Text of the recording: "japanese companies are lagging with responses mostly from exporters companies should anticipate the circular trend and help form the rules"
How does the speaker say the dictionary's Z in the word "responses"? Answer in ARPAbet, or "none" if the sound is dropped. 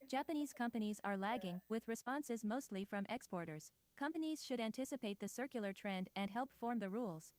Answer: Z